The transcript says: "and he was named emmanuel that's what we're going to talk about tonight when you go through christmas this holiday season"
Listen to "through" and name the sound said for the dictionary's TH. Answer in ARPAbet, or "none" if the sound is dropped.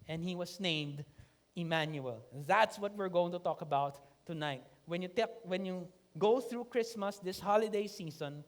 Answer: TH